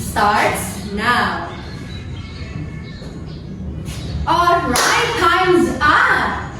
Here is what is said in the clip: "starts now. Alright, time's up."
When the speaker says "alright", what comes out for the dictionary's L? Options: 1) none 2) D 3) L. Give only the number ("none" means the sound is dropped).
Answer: 1